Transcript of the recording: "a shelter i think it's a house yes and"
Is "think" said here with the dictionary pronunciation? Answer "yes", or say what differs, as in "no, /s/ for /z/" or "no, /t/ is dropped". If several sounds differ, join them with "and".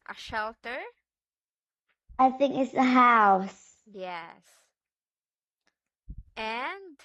yes